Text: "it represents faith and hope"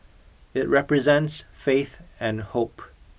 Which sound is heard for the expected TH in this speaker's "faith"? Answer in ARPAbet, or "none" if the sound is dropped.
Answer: TH